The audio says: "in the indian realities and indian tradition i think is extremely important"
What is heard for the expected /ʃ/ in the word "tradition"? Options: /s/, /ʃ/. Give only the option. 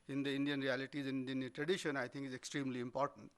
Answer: /ʃ/